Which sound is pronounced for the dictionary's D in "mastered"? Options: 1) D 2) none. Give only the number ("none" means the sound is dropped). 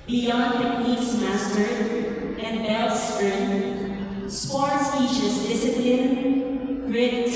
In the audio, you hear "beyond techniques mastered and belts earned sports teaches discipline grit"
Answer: 2